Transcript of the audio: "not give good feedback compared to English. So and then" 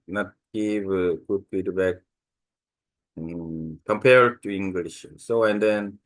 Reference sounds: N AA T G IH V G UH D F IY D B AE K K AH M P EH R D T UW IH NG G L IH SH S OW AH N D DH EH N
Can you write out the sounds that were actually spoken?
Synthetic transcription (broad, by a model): N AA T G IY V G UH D P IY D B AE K K AH M P EH R D T UW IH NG G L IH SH S OW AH N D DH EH N